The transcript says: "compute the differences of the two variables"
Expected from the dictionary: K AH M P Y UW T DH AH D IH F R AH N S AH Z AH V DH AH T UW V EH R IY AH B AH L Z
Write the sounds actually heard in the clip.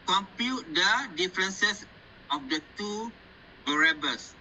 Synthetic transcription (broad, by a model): K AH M P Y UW T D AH D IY F R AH N S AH S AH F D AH T UW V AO R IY B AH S